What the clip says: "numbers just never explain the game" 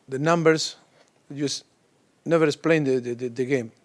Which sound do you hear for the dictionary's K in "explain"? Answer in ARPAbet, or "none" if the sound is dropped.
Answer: none